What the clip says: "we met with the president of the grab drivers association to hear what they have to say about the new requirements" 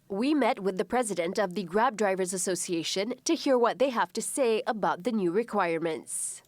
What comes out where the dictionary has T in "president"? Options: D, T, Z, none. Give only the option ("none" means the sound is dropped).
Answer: T